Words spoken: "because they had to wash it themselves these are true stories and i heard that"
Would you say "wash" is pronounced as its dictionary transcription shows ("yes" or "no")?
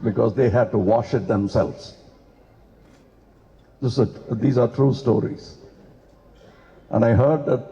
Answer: yes